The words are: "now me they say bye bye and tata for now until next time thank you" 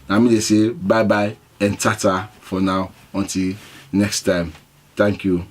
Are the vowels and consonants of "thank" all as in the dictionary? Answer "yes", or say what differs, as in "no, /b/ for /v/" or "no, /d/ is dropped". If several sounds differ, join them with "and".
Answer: no, /t/ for /θ/